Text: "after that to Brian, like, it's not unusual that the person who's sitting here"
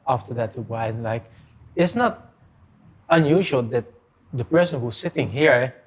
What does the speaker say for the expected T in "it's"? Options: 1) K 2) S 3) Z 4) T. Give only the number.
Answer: 4